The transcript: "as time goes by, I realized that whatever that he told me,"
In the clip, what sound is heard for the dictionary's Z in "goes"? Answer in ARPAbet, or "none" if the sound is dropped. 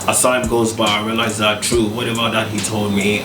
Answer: Z